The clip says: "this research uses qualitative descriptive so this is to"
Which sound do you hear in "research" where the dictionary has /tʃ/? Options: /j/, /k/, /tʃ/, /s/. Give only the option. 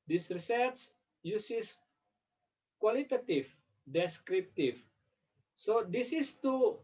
/s/